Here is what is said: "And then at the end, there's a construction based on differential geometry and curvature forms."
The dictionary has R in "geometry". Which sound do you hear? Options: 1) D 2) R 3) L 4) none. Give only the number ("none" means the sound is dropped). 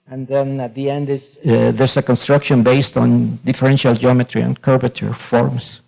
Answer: 2